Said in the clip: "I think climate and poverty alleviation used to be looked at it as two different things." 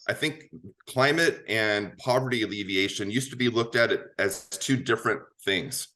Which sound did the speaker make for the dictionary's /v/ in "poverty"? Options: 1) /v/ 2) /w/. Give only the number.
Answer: 1